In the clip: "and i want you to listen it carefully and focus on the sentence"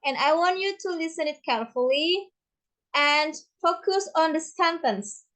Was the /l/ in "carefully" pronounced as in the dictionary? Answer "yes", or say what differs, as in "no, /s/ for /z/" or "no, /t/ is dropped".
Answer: yes